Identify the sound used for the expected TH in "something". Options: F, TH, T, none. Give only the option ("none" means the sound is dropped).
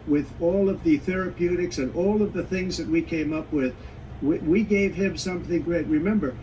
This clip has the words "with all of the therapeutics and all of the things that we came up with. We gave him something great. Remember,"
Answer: TH